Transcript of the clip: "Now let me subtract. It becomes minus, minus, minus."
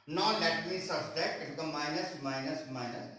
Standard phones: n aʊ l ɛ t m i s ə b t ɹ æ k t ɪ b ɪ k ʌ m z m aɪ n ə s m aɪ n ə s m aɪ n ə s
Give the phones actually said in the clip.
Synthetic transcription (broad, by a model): n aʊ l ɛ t m i s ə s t ɛ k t ɪ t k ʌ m m aɪ n ə s m aɪ n ə s m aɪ n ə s